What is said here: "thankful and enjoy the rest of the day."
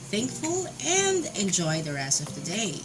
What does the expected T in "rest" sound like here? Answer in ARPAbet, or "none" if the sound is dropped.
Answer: none